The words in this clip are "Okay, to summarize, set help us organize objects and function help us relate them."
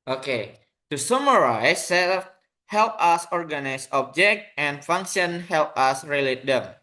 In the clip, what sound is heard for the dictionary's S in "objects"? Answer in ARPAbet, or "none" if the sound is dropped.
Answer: none